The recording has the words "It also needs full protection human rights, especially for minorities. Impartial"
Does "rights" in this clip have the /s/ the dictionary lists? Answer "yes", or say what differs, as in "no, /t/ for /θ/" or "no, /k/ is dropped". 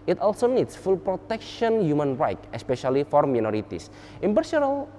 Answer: no, /s/ is dropped